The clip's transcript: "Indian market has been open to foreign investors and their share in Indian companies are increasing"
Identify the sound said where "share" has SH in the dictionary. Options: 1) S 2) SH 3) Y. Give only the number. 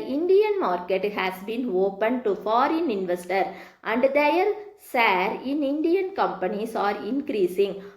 1